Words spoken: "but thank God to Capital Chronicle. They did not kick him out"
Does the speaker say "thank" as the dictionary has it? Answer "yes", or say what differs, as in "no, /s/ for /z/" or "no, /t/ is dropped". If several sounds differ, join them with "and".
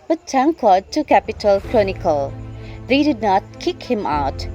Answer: no, /t/ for /θ/